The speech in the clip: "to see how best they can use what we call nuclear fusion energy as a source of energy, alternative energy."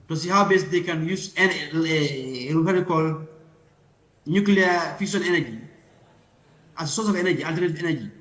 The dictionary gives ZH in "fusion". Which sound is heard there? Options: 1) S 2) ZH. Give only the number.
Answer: 1